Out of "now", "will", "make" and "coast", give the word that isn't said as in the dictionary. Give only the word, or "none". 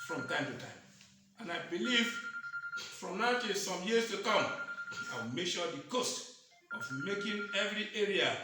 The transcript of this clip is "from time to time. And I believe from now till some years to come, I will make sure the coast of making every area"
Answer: none